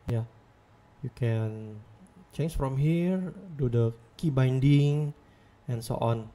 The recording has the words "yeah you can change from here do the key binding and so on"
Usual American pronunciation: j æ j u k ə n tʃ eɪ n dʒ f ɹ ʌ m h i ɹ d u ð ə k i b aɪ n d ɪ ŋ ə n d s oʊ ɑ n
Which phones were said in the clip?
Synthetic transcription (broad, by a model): j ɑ j u k ə n tʃ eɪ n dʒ f ɹ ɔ m h i ɹ d u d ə k i b aɪ n d ɪ ŋ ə n s oʊ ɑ n